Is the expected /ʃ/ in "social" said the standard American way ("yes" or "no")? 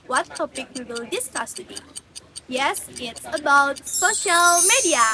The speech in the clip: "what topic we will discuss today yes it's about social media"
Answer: yes